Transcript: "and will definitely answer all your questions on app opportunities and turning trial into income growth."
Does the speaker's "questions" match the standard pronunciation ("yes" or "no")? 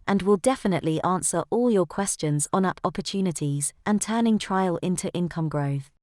yes